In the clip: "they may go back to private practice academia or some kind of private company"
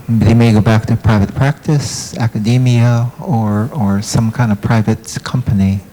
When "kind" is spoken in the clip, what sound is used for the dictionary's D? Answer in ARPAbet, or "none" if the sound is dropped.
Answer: D